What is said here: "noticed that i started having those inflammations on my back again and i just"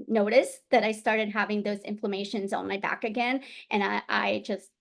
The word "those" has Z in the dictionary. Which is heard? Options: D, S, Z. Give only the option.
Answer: Z